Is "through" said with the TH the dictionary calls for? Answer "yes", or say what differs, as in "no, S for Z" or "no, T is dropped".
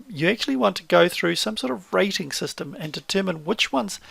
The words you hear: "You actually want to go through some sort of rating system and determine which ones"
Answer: yes